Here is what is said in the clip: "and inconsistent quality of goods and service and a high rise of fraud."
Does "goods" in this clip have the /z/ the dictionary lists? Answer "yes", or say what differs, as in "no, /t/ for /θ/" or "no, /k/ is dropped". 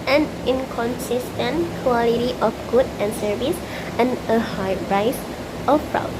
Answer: no, /z/ is dropped